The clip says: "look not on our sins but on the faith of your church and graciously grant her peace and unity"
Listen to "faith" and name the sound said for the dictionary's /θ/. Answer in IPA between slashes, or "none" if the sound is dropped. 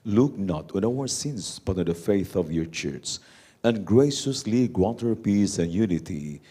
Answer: /θ/